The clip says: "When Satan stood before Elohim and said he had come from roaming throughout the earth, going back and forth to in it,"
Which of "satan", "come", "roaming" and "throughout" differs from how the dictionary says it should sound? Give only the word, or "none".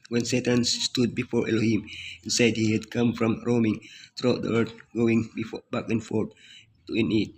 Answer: throughout